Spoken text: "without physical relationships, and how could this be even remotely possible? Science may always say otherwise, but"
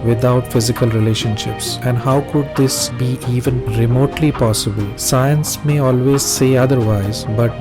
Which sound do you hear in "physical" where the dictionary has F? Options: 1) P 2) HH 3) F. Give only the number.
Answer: 3